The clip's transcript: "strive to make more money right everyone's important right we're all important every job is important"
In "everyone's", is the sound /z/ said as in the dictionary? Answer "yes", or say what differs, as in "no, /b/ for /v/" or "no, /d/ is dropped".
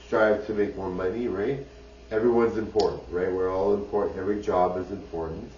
yes